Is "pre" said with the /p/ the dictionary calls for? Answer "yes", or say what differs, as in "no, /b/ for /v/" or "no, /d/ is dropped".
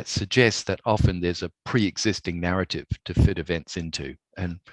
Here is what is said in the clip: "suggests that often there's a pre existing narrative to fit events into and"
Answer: yes